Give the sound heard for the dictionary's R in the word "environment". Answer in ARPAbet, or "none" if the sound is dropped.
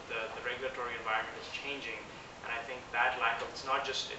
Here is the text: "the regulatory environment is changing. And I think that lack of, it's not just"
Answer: R